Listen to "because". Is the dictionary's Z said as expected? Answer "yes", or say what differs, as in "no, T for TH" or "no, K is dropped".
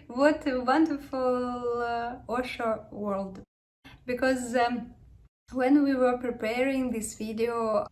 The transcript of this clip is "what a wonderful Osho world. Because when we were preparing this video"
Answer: yes